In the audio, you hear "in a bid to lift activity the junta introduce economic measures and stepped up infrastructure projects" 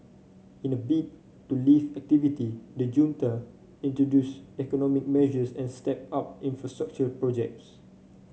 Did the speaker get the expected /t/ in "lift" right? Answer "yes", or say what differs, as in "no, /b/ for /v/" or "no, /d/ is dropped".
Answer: no, /t/ is dropped